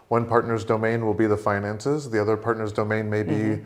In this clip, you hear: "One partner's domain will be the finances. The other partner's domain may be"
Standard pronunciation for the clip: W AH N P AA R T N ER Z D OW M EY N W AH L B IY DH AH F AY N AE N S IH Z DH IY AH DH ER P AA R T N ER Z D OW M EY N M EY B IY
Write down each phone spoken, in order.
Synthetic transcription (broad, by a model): W AH N P AA R T N ER Z D OW M EY N W AH L B IY DH AH F AY N AE N S IH Z DH IY AH DH ER P AA R T N ER Z D OW M EY N M EY B IY